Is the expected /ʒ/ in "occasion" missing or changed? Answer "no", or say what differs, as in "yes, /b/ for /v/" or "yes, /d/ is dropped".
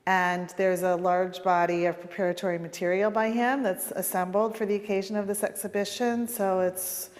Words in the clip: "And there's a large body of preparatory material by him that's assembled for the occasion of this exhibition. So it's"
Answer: no